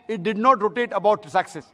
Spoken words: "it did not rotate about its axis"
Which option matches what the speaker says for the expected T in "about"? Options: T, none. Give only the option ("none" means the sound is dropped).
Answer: none